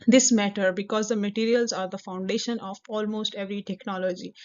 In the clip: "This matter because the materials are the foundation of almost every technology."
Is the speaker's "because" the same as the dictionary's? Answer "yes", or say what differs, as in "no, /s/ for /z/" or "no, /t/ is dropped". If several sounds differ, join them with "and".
yes